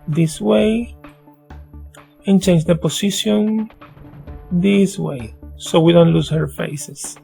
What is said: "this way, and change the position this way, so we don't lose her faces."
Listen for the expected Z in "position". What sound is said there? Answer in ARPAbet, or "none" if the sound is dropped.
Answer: S